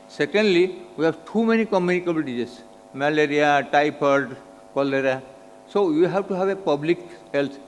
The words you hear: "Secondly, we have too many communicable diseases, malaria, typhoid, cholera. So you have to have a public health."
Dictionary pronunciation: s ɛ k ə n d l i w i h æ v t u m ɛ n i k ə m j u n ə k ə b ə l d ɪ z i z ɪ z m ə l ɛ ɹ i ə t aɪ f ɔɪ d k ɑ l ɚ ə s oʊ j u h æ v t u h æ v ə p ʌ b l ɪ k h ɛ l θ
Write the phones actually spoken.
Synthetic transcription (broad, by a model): s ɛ k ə n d l i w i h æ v t u m ɛ n i k ə m j u n ə k ə b ə l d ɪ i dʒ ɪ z m ə l ɛ ɹ i ə t aɪ p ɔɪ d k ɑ l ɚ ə s oʊ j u h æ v t u h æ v ə p ʌ b l ɪ k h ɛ l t